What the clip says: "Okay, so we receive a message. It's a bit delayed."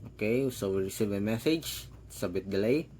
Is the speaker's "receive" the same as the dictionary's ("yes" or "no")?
yes